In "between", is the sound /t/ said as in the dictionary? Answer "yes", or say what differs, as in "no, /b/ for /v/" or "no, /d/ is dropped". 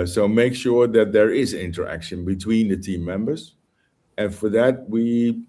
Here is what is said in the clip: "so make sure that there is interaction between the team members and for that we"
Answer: yes